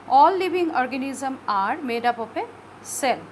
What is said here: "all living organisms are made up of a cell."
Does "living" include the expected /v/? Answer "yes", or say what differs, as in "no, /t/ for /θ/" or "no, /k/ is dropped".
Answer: no, /b/ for /v/